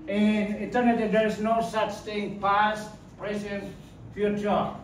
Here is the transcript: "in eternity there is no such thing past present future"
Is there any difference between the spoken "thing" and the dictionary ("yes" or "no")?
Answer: yes